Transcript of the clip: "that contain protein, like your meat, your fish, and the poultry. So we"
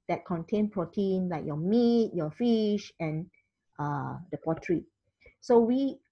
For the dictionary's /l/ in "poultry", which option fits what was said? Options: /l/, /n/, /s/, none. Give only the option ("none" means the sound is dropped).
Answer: none